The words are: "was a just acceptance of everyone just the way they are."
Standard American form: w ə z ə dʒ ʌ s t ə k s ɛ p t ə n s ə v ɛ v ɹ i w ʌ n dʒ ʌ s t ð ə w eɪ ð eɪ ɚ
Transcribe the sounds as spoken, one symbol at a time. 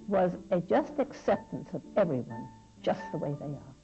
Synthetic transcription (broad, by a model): w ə z ə dʒ ʌ s t ə k s ɛ p t ə n s ə v ɛ v ɹ i w ʌ n dʒ ʌ s t ð ə w eɪ ð eɪ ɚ